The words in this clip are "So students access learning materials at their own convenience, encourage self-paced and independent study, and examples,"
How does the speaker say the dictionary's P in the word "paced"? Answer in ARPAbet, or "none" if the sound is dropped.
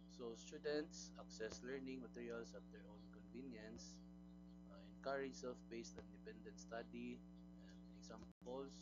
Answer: B